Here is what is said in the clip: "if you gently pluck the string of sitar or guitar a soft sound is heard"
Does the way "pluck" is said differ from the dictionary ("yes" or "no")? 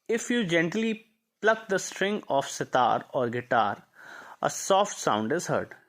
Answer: no